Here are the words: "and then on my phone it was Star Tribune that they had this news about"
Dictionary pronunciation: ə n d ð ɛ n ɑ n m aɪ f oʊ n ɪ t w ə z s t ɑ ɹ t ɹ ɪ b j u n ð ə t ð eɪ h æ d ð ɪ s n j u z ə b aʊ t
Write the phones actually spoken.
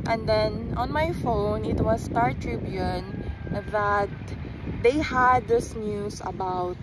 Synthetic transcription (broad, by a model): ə n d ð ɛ n ɑ n m aɪ f oʊ n ɪ t w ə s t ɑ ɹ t ɹ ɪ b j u n ð ə t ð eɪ h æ d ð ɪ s n j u s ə b aʊ t